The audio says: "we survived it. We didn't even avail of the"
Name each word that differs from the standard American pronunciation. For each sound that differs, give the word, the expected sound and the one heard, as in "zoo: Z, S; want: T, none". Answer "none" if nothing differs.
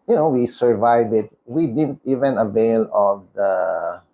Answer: survived: D, none